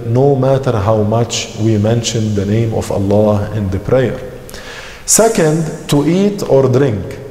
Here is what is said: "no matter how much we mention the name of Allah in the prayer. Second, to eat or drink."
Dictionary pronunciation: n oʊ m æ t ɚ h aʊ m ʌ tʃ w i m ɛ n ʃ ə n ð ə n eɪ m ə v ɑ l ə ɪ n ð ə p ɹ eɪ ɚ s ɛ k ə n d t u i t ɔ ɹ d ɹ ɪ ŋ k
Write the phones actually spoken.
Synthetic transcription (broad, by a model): n oʊ m æ t ɚ h aʊ m ʌ tʃ w i m ɛ n ʃ ə n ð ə n eɪ m ə v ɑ l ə ɪ n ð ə p ɹ eɪ ɚ s ɛ k ə n d t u i t ɔ ɹ d ɹ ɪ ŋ k